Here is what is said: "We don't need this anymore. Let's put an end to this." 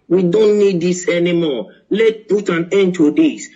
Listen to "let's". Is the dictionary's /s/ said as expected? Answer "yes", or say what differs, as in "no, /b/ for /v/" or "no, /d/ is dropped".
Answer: no, /s/ is dropped